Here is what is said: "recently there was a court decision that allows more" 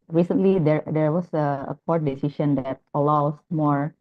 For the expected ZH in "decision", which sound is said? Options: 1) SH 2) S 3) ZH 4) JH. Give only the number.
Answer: 1